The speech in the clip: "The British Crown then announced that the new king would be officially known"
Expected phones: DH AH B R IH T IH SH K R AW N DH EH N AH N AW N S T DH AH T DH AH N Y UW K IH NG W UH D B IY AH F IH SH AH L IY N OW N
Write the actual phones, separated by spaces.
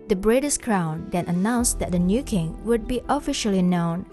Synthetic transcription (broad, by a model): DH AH B R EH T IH S K R AW N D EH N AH N AW N S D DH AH T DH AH N Y UW K IH NG W UH D B IY AH F IH SH AH L IY N OW N